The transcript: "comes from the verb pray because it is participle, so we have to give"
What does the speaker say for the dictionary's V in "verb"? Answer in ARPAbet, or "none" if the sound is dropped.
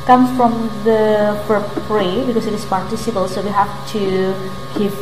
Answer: P